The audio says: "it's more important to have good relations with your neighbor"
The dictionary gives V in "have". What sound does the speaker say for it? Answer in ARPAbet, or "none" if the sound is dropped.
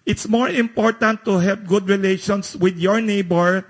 P